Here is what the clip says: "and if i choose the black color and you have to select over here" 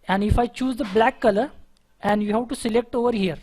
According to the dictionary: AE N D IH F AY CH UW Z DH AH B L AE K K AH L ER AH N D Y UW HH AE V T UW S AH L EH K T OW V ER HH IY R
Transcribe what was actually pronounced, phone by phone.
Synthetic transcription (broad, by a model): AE N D IH F AY CH UW Z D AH B L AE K K AH L ER AH N D Y UW HH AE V T UW S AH L EH K T OW V ER HH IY R